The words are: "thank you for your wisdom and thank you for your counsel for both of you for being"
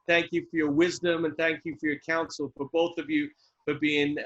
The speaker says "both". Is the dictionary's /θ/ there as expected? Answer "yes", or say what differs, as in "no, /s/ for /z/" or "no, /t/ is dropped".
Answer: yes